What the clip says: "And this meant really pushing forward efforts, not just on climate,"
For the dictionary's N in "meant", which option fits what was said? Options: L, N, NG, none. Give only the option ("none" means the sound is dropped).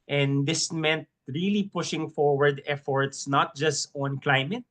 N